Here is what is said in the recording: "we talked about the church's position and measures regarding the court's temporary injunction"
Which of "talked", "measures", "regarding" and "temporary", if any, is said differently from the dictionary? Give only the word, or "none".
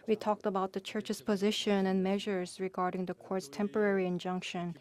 none